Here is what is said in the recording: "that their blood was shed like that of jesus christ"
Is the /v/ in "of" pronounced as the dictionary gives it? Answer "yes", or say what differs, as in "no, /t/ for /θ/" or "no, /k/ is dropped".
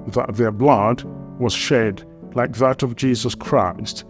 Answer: yes